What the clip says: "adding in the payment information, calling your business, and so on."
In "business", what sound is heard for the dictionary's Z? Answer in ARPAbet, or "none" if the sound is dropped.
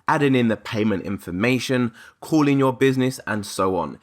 Z